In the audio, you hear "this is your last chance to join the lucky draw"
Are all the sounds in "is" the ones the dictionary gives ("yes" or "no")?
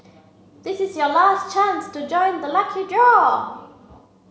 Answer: yes